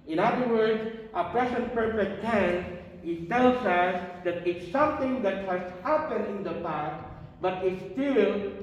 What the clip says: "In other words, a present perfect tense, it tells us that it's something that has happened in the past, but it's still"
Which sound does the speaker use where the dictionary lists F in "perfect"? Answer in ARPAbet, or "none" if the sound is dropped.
P